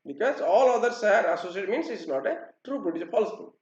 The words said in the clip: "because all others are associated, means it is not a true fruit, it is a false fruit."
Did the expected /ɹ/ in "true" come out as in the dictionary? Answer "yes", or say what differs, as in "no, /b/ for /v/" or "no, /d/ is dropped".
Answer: yes